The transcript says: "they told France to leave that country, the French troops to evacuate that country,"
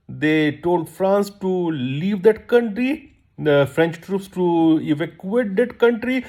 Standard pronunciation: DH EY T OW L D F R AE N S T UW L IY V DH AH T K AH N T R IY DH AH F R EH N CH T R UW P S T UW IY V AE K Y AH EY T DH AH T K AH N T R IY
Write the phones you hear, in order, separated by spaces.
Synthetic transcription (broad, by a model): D EY T OW L D F R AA N S T UW L IY V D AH T K AH N T R IY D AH F R EH N CH T R UW P S T UW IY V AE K Y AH EY T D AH T K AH N T R IY